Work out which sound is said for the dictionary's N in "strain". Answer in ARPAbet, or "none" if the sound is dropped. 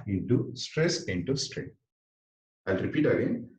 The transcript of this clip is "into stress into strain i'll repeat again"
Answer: none